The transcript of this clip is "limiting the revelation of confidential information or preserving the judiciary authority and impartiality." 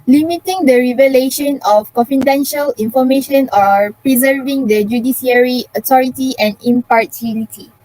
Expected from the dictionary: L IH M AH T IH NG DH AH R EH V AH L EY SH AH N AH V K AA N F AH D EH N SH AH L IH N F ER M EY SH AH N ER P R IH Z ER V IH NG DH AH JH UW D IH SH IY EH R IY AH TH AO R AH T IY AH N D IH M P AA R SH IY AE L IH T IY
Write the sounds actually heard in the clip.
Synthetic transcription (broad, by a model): L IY M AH T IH NG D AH R EH V AH L EY SH AH N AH F K AA N F AH D EH N SH AH L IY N F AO M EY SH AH N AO P R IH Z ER V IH NG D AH JH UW D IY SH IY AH R IY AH T AO R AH T IY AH N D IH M P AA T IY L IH T IY